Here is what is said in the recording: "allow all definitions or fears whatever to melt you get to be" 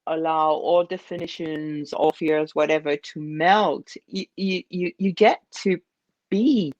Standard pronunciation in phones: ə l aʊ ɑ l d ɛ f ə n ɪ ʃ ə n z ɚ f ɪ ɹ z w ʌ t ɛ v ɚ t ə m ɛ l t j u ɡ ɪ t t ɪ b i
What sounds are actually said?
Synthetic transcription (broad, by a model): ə l aʊ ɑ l d ɛ f ə n ɪ ʃ ə n z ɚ f ɪ ɹ z w ʌ t ɛ v ɚ t ə m ɛ l t j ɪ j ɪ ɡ t ɪ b i